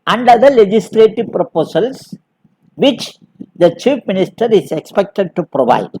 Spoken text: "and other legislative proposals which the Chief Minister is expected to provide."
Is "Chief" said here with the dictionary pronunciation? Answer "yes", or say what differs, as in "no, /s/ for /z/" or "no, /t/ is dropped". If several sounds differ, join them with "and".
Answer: no, /p/ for /f/